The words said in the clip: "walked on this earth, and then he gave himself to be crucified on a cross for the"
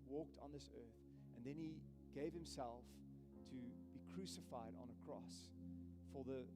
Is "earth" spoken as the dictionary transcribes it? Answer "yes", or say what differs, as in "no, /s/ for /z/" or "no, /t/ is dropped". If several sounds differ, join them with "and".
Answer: yes